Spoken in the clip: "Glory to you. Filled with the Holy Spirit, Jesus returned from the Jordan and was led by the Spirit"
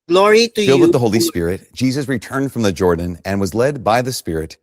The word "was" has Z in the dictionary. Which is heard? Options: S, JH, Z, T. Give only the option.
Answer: Z